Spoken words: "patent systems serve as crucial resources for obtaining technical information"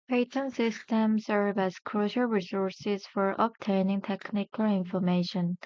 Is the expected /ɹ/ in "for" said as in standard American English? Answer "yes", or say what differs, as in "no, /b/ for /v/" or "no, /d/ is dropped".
yes